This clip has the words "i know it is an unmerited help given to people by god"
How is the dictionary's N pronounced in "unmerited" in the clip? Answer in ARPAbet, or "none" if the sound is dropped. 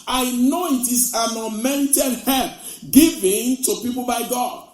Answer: none